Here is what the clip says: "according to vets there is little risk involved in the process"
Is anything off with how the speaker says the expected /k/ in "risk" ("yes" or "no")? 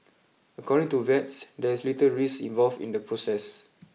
yes